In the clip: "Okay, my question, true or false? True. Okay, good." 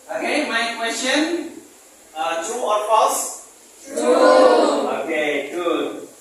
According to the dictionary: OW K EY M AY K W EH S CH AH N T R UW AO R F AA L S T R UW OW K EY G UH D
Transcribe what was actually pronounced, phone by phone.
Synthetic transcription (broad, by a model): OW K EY M AY K W EH S CH AH N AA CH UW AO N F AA S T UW OW K EY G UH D